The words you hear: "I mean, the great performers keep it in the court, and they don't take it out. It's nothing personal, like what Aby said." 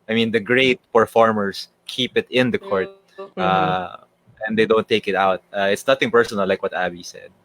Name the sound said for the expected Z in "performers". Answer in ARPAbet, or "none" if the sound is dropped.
S